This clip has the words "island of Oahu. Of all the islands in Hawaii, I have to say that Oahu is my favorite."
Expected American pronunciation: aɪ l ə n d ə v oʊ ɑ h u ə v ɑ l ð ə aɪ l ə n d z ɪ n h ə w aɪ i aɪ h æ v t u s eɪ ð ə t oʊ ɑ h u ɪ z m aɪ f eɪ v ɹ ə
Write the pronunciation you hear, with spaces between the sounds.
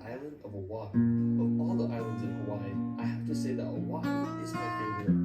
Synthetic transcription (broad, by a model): aɪ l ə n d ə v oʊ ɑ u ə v ɑ l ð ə aɪ l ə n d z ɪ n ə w aɪ aɪ h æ f t u s eɪ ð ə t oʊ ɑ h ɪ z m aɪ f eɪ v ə